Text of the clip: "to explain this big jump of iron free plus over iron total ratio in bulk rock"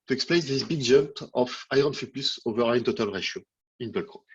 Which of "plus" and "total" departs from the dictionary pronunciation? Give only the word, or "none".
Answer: plus